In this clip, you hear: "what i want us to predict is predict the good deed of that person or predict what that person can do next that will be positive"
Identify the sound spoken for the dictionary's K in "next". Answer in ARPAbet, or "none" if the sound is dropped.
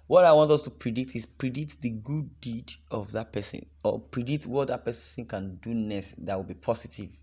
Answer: none